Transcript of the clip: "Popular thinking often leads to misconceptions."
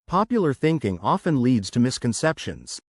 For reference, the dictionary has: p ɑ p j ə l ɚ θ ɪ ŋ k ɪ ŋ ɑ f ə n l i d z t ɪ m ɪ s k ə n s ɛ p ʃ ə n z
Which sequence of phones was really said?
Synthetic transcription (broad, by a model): p ɑ p j l ɚ θ ɪ ŋ k ɪ ŋ ɑ f ə n l i d z t ɪ m ɪ s k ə n s ɛ p ʃ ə n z